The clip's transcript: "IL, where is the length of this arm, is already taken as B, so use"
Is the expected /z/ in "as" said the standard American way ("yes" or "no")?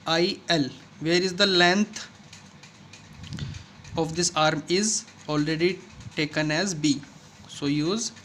yes